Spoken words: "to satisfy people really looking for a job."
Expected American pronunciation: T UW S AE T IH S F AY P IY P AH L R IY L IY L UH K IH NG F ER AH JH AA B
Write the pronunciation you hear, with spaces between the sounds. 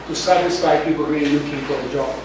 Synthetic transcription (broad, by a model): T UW S AE T IH S F AY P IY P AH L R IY N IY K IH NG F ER AH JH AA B